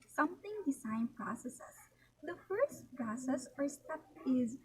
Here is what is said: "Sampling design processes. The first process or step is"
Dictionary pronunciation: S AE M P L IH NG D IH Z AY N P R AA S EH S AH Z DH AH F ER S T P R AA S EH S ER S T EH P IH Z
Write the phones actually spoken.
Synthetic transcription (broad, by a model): S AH M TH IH NG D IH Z AY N P R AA S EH S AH S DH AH F ER S T P R AA S EH S ER S T EH P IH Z